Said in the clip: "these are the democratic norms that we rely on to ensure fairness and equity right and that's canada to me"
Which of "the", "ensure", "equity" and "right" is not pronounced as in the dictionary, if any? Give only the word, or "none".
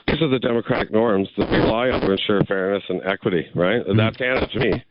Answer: none